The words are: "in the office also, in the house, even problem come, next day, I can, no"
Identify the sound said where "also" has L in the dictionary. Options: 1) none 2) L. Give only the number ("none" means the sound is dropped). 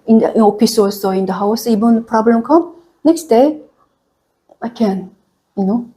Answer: 1